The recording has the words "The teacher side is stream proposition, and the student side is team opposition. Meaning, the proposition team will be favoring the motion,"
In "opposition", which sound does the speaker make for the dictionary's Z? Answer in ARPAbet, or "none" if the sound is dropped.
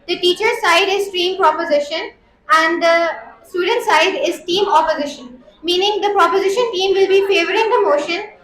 Z